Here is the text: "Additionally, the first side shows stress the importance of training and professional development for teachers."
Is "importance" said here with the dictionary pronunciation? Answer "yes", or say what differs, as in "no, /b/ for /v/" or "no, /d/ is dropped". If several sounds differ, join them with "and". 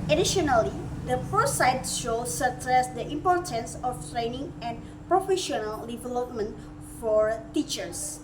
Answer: yes